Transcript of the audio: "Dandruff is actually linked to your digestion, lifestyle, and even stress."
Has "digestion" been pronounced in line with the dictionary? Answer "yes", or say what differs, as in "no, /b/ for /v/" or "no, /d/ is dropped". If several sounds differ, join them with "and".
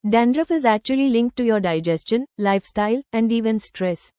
yes